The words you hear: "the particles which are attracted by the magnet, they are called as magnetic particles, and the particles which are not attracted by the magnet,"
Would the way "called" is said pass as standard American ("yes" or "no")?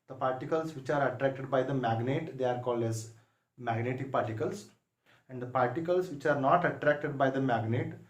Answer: yes